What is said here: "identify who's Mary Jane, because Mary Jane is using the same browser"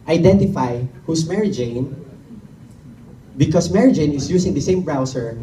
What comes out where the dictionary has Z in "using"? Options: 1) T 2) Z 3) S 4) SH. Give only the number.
3